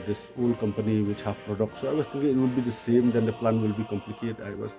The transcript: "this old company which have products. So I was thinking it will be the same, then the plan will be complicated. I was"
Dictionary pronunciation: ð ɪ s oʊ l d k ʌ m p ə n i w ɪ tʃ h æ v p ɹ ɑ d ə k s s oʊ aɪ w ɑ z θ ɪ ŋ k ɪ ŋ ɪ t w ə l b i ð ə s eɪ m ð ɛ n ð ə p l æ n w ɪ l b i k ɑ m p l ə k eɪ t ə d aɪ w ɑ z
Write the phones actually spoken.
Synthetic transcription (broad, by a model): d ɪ s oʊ l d k ʌ m p ə n i w ɪ tʃ h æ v p ɹ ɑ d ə k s s oʊ aɪ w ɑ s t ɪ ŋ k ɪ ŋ ɪ t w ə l b i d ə s eɪ m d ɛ n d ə p l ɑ n w ɪ l b i k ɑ m p l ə k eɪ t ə ɪ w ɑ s